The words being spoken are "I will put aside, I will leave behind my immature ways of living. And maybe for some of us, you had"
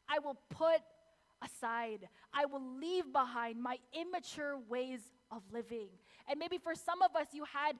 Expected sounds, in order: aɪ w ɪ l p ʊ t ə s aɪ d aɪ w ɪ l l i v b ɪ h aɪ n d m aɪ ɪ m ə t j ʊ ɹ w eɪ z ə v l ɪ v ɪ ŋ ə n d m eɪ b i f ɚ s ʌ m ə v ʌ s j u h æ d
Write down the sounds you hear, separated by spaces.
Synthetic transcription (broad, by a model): aɪ w ɪ l p ʊ t ə s aɪ d aɪ w ɪ l l i v b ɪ h aɪ n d m aɪ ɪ m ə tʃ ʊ ɹ w eɪ z ə v l ɪ v ɪ ŋ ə n m eɪ b i f ɚ s ʌ m ə v ʌ s j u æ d